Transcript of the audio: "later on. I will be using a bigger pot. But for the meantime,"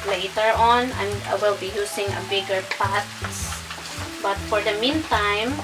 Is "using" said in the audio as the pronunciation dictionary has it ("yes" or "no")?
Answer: no